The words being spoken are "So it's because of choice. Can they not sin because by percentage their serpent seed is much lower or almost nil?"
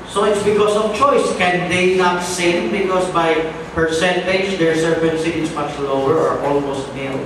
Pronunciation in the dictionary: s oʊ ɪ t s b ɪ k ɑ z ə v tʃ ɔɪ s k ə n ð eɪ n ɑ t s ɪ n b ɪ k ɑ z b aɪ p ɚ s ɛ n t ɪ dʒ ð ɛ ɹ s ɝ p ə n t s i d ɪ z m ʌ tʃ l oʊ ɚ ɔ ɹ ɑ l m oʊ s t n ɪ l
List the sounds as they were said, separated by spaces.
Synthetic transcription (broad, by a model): s oʊ ɪ t s b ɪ k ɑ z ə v tʃ ɔɪ s k ə n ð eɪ n ɑ t s ɪ n b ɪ k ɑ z b aɪ p ɚ s ɛ n t ɪ dʒ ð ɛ ɹ s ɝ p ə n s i ɪ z m ʌ tʃ l oʊ ɚ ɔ ɹ ɑ l m oʊ s t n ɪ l